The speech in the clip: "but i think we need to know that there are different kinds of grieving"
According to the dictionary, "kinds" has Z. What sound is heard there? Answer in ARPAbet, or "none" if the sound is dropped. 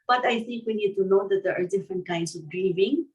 S